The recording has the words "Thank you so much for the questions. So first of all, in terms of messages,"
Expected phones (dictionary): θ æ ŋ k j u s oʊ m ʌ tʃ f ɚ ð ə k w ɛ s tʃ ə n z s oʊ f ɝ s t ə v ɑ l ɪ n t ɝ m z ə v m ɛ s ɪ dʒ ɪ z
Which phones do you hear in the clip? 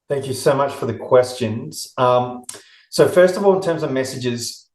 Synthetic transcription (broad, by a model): θ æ ŋ k j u s oʊ m ʌ tʃ f ɚ ð ə k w ɛ s tʃ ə n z s oʊ f ɝ s t ə v ɑ l ɪ n t ɝ m z ə v m ɛ s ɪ dʒ ɪ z